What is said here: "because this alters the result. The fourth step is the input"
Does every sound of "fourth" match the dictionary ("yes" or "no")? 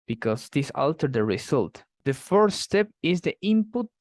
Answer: no